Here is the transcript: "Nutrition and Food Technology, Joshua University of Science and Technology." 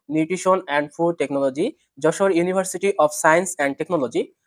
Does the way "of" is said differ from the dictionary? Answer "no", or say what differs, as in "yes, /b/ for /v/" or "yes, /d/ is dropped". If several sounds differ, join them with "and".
yes, /p/ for /v/